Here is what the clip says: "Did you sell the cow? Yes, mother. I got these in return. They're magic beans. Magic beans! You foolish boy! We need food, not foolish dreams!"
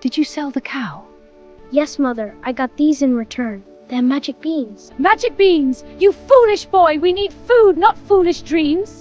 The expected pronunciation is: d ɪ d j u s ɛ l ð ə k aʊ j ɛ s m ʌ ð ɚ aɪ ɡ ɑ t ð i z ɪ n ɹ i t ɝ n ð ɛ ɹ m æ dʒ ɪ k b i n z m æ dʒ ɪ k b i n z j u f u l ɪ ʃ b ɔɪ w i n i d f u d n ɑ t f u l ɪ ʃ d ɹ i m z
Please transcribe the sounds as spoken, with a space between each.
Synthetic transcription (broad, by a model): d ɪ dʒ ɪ s ɛ l ð ə k aʊ j ɛ s m ʌ ð ɚ aɪ ɡ ɑ t ð i z ɪ n ɹ i t ɝ n ð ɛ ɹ m æ dʒ ɪ k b i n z m æ dʒ ɪ k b i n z j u f u l ɪ ʃ b ɔɪ w i n i d f u d n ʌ t f u l ɪ ʃ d ɹ i m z